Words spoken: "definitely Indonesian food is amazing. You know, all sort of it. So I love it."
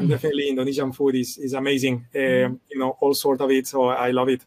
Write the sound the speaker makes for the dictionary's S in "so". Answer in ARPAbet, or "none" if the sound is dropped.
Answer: S